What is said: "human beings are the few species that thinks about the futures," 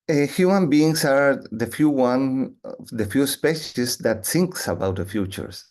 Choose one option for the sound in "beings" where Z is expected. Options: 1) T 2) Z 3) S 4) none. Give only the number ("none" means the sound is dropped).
3